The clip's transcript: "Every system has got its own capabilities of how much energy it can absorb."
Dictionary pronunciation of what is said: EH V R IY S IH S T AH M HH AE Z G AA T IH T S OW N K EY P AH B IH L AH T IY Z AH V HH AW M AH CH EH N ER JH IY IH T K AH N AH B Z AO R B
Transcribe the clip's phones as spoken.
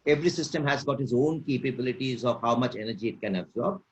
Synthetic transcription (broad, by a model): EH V R IY S IH S T AH M HH AE Z G AA T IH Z OW N K EY P AH B IH L AH T IY Z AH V HH AW M AH CH EH N ER JH IY IH T K AH N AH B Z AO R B